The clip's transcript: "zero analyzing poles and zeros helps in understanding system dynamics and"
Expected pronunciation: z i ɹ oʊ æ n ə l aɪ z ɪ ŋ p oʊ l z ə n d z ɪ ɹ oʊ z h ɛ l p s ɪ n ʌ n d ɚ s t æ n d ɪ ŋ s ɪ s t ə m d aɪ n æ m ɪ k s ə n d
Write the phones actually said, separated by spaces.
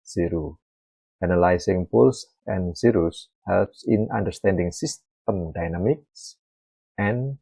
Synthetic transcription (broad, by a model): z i ɹ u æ n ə l aɪ s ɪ ŋ p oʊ l s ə n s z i ɹ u s h ɛ l p s ɪ n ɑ n d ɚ s t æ n d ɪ ŋ s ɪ s t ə m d aɪ n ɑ m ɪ k s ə n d